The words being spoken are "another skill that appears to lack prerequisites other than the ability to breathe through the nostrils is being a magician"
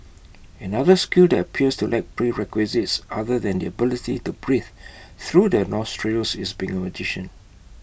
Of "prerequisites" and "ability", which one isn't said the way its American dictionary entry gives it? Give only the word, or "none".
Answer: none